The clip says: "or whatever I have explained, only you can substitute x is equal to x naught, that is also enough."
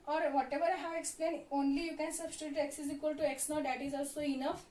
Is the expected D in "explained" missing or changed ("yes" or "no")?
yes